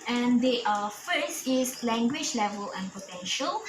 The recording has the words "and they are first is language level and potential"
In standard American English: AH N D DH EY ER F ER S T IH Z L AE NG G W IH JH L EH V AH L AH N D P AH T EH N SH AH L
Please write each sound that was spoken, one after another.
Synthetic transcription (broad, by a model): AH N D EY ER F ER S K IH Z L AE NG G W IH JH L EH V AH L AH N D P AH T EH N SH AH L